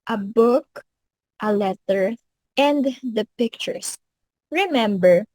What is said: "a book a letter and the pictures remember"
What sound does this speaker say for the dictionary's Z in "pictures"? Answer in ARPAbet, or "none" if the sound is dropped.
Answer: S